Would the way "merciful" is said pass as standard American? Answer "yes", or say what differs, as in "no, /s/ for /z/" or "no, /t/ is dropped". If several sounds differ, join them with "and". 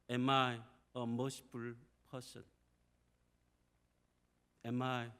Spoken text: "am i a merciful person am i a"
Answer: no, /p/ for /f/